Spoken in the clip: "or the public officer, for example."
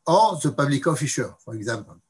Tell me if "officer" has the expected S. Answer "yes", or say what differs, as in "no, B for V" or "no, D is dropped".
no, SH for S